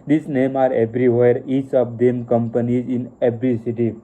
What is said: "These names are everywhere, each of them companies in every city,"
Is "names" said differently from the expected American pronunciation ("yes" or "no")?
yes